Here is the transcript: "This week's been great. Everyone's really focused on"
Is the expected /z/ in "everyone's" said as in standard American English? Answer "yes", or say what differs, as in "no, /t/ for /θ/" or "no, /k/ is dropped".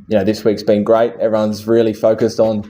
yes